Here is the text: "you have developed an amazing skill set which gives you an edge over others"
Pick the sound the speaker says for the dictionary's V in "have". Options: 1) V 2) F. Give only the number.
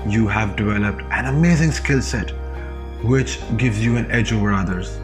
1